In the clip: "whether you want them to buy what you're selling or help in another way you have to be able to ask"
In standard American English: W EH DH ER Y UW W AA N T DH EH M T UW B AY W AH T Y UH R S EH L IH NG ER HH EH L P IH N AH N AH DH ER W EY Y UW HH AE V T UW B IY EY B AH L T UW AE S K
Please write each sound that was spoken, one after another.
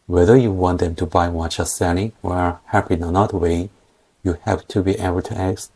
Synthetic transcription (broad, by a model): W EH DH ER Y UW W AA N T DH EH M T UW B AY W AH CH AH S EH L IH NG ER HH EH P IH N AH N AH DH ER W EY Y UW HH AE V T UW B IY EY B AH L T UW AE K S